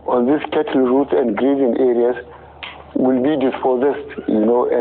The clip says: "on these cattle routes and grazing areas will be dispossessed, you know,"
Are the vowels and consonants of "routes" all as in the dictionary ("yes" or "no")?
no